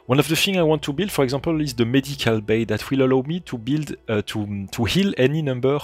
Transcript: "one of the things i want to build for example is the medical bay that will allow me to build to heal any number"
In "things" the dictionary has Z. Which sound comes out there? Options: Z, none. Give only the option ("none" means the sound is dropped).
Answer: none